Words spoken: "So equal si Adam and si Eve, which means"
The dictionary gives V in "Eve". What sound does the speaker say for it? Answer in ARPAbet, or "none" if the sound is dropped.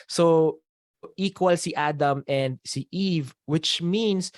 V